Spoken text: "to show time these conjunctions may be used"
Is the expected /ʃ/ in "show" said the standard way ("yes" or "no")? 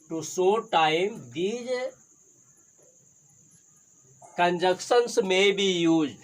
no